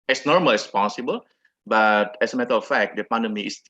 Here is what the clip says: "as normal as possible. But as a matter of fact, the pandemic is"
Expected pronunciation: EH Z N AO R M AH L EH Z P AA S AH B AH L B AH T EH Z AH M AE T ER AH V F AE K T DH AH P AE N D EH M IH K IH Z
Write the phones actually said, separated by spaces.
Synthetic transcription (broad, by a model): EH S N AO R M AH L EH S P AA S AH B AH L B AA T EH S AH M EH T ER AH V F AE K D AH P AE N D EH M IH IH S